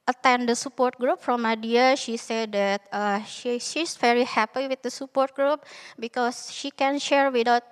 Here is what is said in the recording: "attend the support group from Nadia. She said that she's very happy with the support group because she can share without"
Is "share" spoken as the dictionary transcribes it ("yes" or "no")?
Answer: yes